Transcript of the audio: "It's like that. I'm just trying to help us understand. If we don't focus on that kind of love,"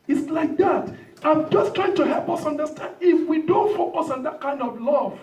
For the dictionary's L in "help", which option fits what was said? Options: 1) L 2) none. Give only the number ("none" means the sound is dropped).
1